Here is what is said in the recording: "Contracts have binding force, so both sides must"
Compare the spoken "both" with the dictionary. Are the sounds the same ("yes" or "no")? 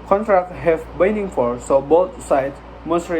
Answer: no